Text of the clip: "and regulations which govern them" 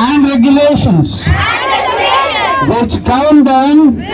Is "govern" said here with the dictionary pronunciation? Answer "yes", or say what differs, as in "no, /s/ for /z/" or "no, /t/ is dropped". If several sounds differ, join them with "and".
no, /v/ is dropped